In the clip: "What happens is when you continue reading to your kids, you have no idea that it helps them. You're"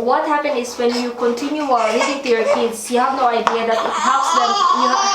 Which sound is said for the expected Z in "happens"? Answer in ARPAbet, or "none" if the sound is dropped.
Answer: none